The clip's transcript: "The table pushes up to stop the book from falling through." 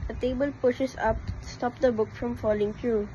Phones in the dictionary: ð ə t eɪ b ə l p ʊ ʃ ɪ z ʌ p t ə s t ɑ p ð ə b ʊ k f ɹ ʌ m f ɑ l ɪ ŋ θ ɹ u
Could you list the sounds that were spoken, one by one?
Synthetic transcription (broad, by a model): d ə t eɪ b ə l p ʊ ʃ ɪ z ʌ p s t ɑ p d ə b ʊ k f ɹ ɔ m f ɑ l ɪ ŋ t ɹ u